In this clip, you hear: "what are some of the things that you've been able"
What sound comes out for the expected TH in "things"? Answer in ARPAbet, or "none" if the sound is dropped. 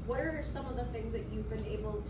TH